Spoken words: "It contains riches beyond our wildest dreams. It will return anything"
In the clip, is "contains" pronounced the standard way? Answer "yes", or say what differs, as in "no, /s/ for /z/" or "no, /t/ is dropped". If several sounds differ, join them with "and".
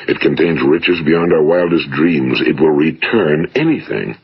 yes